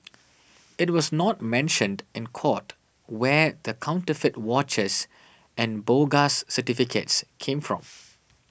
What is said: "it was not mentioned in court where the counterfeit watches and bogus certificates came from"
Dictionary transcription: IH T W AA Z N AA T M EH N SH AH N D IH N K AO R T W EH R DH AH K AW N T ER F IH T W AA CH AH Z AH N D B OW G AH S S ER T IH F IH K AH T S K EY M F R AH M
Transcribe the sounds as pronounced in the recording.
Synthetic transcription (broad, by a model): IH T W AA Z N AA T M EH N SH AH N D IH N K AO T W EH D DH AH K AW N T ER F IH T W AA CH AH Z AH N B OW G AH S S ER T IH F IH K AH T S K EY M F R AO M